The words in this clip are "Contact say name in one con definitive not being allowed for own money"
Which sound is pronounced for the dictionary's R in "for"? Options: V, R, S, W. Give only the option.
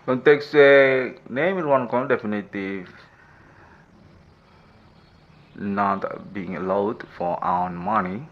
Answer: W